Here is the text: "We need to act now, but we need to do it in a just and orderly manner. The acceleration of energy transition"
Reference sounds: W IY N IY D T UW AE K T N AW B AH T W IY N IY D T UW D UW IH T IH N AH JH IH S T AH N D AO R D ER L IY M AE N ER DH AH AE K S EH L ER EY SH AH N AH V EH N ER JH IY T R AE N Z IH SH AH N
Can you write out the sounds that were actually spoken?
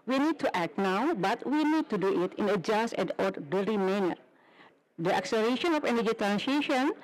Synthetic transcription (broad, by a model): W IY N IY D T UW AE K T N AW B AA T W IY N IY D T UW D UW IH T IH N AH JH IH S T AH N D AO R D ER IY M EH N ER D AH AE K S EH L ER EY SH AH N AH F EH N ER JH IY T R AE N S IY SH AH N